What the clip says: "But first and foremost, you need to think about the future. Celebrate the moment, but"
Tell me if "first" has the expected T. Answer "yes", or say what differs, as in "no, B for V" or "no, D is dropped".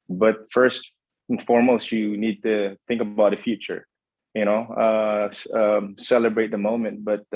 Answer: yes